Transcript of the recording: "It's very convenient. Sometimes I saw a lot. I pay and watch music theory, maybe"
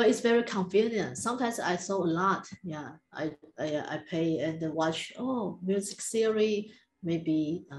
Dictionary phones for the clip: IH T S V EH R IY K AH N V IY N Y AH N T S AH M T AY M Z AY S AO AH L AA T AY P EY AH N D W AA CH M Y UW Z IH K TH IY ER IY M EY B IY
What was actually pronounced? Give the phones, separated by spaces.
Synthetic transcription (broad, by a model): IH T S V EH R IY K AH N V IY N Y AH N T S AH M T AY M S AY S AO AH L AA T AY P EY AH N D W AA CH M Y UW Z IH K S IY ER IY M EY B IY